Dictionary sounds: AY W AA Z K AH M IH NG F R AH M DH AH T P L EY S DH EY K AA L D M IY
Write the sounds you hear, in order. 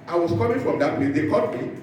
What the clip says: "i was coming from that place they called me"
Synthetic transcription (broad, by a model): AY W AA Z K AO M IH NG F R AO M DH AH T P L EY S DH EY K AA D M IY